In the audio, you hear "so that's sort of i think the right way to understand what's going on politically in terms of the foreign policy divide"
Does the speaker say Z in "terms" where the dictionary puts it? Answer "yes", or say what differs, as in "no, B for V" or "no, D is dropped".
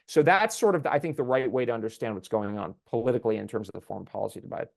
yes